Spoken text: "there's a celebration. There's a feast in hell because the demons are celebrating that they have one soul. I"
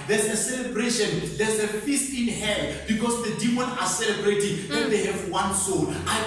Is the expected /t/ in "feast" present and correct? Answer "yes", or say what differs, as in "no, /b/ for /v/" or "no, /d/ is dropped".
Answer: yes